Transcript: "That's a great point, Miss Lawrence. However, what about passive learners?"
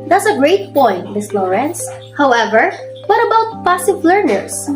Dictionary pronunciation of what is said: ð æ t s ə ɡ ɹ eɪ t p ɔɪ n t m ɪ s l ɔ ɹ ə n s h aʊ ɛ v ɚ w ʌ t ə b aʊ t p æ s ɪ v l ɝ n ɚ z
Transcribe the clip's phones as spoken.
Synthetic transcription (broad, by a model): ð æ t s ə ɡ ɹ eɪ t p ɔɪ n t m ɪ s l ɔ ɹ ə n s h aʊ ɛ v ɚ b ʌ t ə b aʊ t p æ s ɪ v l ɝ n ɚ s